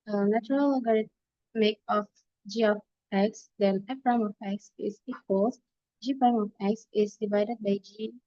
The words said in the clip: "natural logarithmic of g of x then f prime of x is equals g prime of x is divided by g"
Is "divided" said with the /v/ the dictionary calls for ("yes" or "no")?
yes